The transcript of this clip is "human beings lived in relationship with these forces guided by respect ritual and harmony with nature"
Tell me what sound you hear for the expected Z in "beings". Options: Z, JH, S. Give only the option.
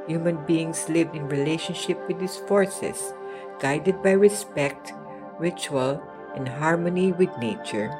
S